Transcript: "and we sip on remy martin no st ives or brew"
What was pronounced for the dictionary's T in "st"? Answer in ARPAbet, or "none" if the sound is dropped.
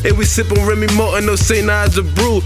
none